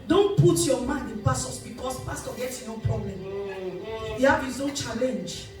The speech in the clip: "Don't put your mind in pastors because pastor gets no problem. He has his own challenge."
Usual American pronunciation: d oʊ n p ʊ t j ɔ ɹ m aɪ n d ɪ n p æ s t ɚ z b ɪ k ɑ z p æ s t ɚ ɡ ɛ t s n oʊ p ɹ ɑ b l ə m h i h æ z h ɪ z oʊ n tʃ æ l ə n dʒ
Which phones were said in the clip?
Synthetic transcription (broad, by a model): d oʊ n p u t j ɔ m aɪ n d ɪ n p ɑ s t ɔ s b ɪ k ɑ s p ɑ s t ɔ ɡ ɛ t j n oʊ p ɹ ɑ b l ə m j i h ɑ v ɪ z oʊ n tʃ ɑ l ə n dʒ